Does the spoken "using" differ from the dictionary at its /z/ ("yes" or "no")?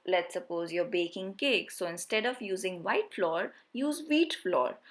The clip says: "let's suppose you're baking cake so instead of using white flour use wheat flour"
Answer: no